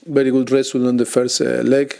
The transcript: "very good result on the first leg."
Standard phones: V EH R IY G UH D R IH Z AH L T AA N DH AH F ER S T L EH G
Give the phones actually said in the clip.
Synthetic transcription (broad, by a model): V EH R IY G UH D R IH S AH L AA N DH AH F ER S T L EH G